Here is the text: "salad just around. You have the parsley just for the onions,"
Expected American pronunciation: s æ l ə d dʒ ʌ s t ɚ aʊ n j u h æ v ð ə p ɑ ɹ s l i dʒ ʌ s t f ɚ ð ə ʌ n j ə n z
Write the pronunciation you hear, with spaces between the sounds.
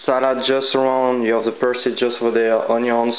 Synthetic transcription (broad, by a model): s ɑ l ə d dʒ ʌ s t ɚ aʊ n j u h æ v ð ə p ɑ ɹ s i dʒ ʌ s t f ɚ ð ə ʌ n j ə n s